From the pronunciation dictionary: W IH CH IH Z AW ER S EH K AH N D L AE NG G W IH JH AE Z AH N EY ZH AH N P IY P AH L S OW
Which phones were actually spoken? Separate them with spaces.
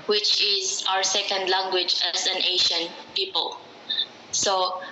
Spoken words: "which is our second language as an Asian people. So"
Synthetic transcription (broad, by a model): W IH CH IH Z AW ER S EH K AH N D L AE NG G W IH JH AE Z AH N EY SH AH N P IY P AH L S OW